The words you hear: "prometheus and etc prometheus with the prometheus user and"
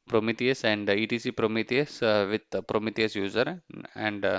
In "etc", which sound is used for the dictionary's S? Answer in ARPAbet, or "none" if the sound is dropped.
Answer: none